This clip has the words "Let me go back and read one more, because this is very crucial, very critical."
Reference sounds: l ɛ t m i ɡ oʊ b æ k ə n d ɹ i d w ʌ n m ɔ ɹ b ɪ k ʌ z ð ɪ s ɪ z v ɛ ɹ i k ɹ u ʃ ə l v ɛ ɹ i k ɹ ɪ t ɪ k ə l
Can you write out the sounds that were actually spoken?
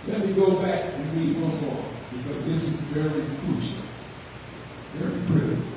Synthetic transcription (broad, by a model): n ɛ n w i ɡ oʊ b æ k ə ɹ i d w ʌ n m ɔ ɹ b ɪ k ʌ z ð ɪ s ɪ z v ɛ ɹ i k u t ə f v ɛ ɹ i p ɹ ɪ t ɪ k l